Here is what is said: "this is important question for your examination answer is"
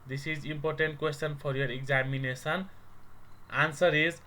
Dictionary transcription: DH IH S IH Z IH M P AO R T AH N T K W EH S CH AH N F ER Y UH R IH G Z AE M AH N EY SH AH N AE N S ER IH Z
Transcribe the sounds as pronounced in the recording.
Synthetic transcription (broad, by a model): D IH S IH Z IH M P AO R T AH N T K W EH S CH AH N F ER Y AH R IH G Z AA M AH N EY S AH N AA N S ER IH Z